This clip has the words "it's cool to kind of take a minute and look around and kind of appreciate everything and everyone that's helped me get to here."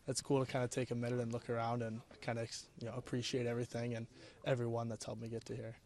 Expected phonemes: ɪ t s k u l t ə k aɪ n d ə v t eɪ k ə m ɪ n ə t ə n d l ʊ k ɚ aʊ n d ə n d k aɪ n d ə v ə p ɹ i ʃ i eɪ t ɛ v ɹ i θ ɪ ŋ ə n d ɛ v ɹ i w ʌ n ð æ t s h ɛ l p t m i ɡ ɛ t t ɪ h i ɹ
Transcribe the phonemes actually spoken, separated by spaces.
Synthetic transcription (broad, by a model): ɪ t s k u l t ə k aɪ n d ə t eɪ k ə m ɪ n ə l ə n l ʊ k ɚ aʊ n d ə n k aɪ n d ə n ə p ɹ i ʃ i eɪ t ɛ v ɹ i θ ɪ ŋ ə n ɛ v ɹ i w ʌ n ð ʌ t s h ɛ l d m i ɡ ɛ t t ɪ h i ɹ